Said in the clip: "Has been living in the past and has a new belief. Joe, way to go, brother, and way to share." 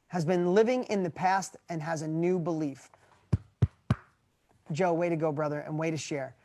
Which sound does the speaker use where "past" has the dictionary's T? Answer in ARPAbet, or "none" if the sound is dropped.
T